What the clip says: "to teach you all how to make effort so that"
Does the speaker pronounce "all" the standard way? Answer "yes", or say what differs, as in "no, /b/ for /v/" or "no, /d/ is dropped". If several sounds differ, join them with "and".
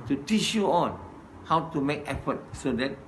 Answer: no, /n/ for /l/